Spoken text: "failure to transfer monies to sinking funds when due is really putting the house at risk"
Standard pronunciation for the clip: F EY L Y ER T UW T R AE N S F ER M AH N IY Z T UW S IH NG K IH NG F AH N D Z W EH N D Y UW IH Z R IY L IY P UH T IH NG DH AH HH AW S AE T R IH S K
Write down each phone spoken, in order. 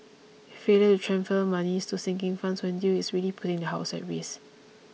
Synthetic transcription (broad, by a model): F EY L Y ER T UW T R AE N F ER M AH N IY S T UW S IH NG K IH NG F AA N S W EH N D Y UW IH S R IY L IY P UH T IH NG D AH HH AW S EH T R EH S